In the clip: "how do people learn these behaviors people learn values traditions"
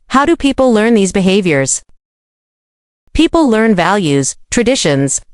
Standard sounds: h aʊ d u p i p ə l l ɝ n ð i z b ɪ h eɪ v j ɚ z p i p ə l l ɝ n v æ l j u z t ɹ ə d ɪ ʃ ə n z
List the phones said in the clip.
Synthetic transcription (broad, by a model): h aʊ d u p i p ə l l ɝ n ð i z b ɪ h eɪ v j ɚ z p i p l l ɝ n v æ l j u z t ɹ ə d ɪ ʃ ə n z